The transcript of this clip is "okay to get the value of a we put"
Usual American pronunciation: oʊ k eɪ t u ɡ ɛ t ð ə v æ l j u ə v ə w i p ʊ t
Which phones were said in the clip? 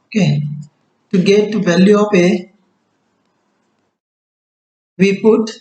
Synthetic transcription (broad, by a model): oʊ k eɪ t u ɡ ɛ t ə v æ l j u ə p ə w i p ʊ t